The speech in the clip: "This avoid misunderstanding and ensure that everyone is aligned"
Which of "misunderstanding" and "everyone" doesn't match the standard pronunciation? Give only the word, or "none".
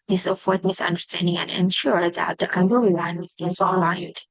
everyone